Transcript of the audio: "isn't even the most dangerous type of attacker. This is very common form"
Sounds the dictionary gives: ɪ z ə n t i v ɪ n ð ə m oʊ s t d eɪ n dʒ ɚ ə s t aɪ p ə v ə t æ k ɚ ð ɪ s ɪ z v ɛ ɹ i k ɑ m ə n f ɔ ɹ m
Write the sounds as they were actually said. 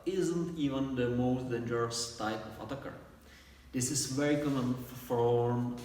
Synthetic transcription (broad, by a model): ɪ z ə n t i v ɪ n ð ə m oʊ s t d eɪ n dʒ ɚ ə s t aɪ p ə f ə t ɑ k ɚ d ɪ s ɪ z v ɛ ɹ i k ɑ m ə n f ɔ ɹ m